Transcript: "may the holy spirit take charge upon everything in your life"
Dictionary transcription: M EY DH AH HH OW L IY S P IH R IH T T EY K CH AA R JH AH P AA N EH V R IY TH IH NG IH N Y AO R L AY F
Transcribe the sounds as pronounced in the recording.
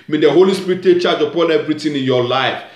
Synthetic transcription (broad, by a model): M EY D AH HH OW L IY S P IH R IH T T EY K CH AA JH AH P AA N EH V R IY T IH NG IH N Y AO L AY F